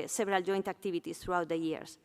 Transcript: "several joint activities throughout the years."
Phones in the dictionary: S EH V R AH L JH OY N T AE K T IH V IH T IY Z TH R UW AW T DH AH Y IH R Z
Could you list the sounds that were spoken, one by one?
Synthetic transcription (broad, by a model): S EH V R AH L JH OY N T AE K T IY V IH T IY S TH R UW AW T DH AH Y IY R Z